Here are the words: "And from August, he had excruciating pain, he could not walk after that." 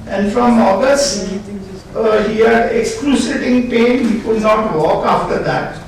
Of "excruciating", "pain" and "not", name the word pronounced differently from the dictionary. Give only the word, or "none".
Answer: excruciating